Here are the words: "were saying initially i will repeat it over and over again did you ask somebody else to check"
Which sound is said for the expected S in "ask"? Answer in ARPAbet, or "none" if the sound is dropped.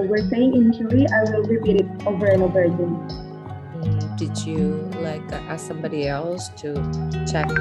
none